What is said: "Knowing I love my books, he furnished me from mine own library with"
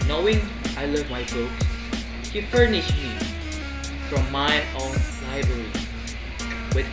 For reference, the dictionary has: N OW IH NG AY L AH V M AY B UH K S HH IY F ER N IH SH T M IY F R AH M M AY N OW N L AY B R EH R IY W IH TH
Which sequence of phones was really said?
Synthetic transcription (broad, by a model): N OW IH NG AY L AH V M AY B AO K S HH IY F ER N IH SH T M IY F R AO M M AY OW N L AY B R EH R IY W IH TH